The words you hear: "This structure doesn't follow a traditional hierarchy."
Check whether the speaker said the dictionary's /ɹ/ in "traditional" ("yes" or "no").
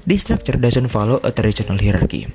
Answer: no